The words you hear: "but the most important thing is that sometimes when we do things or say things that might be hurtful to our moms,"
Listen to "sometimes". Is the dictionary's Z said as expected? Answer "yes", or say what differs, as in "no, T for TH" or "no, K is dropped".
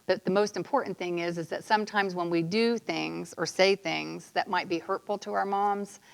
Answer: yes